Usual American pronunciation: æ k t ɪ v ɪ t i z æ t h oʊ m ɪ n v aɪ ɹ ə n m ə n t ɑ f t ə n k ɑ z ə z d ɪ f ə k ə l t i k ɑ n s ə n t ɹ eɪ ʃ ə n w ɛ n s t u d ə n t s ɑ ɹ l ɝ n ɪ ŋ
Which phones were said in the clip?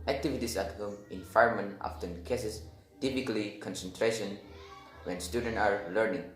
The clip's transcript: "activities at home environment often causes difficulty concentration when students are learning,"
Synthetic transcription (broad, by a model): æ k t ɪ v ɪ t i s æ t h oʊ m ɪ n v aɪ ə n m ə n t ɑ f t ə n k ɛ s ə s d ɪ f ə k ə l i k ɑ n s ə n t ɹ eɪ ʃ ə n w ɛ n s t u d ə n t ɑ ɹ l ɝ n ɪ ŋ